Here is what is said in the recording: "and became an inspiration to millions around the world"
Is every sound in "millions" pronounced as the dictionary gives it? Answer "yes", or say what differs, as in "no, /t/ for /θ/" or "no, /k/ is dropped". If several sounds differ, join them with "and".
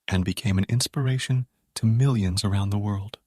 yes